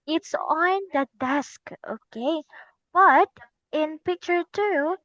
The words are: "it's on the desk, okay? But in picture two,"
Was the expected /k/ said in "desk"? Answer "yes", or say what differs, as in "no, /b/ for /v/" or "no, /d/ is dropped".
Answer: yes